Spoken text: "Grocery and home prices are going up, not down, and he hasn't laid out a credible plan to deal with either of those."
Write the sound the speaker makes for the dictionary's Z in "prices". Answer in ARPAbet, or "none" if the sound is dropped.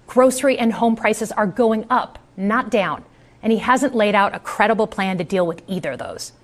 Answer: Z